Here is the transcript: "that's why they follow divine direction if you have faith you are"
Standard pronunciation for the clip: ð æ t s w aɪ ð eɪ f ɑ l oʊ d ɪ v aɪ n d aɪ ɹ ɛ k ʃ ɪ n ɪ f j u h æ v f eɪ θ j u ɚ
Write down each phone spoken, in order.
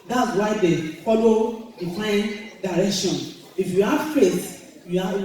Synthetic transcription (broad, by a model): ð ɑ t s w aɪ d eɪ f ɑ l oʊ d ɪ f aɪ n d aɪ ɹ ɛ k ʃ ɪ n ɪ f j u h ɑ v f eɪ t j u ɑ